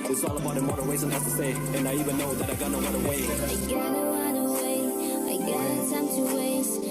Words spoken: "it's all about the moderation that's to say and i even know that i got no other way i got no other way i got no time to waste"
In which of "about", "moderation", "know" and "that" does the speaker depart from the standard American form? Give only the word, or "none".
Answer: moderation